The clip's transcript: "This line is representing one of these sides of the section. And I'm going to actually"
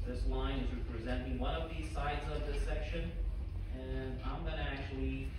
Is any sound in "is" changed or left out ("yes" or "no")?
no